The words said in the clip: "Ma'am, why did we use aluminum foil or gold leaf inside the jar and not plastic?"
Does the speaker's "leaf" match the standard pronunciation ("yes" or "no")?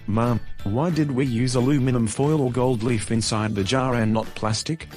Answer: yes